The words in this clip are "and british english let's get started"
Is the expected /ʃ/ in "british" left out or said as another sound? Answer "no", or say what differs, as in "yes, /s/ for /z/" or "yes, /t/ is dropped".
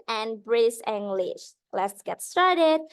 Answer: yes, /s/ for /ʃ/